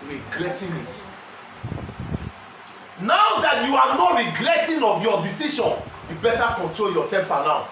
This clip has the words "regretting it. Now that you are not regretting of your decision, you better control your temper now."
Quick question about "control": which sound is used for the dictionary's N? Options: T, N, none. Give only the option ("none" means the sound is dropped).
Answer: N